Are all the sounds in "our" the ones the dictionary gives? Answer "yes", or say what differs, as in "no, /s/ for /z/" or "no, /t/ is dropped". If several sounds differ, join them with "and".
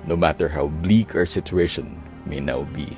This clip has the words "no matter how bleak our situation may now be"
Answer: yes